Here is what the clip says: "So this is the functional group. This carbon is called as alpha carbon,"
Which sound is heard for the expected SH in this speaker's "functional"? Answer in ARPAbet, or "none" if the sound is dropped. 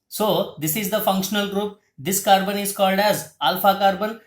SH